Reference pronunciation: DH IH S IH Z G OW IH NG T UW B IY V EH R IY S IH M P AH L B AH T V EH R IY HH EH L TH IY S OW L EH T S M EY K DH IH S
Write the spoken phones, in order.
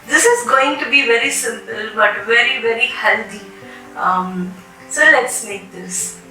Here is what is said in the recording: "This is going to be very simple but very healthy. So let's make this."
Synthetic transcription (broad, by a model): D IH S IH Z G OW IH NG T UW B IY V EH R IY S IH M P AH L B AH T V EH R IY HH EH L T IY S OW L EH T S M EY K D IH S